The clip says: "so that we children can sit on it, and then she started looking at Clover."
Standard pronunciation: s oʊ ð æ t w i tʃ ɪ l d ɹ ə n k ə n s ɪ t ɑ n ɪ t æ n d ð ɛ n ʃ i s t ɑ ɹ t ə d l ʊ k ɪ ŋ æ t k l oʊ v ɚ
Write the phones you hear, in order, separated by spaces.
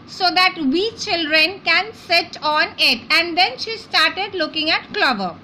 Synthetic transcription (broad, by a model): s oʊ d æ t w i tʃ ɪ l d ɹ ə n k ə n s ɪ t ɑ n ɪ t æ n d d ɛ n ʃ i s t ɑ ɹ t ə d l ʊ k ɪ ŋ æ t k l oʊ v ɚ